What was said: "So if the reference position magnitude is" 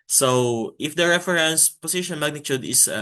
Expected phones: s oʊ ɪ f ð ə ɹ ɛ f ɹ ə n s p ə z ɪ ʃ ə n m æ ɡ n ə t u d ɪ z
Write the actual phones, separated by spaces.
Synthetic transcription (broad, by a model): s oʊ ɪ f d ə ɹ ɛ f ɹ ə n s p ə s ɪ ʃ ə n m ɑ ɡ n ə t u d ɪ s